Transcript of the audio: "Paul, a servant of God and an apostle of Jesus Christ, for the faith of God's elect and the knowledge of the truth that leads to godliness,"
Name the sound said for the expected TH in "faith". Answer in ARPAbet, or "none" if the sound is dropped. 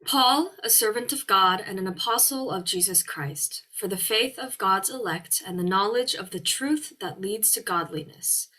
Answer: TH